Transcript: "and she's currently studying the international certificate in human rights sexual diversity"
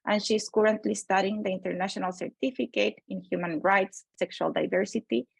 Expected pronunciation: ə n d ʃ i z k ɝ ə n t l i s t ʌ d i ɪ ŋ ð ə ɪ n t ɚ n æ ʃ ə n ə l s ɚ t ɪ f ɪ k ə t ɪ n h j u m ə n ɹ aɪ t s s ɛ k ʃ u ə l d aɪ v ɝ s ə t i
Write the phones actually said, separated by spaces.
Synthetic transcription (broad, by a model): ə n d ʃ i s k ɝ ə n t l i s t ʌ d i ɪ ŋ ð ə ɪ n t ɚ n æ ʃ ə n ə l s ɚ t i f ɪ k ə t ɪ n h j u m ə n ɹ aɪ t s s ɛ k ʃ u ə l d aɪ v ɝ s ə t i